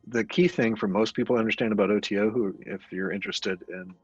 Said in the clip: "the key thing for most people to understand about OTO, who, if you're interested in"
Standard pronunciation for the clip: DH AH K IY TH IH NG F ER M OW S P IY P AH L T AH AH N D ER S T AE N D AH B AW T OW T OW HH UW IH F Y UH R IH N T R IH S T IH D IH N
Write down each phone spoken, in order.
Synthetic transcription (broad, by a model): DH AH K IY TH IH NG F ER M OW S P IY P L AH AH N D ER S T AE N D AH B AW T OW T OW HH UW IH F Y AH R IH N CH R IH S T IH D IH N